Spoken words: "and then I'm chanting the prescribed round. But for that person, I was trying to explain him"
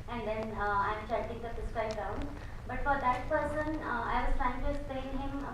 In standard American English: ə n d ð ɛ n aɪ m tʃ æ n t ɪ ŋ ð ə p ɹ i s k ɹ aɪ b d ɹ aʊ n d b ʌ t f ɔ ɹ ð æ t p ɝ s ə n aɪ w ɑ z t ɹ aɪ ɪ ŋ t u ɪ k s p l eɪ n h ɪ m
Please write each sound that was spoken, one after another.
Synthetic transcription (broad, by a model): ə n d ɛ n aɪ m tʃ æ t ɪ ŋ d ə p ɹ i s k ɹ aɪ d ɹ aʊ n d b ʌ t f ɔ ɹ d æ t p ɝ s ə n aɪ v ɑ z t ɹ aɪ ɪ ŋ t u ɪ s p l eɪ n h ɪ m